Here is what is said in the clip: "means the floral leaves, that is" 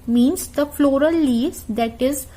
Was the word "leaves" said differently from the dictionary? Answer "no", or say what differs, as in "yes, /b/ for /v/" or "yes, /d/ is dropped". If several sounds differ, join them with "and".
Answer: yes, /v/ is dropped